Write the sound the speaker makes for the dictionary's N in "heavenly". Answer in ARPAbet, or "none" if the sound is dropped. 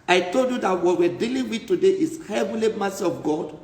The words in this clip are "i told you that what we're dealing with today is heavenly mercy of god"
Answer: none